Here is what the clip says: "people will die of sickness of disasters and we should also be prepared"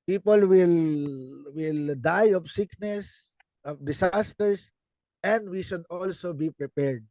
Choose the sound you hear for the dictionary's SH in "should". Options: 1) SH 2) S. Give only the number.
1